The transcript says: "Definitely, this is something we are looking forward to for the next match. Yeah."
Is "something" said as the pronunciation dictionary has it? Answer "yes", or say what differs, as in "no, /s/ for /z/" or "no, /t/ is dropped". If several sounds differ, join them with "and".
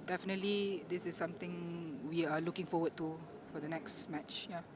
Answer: no, /t/ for /θ/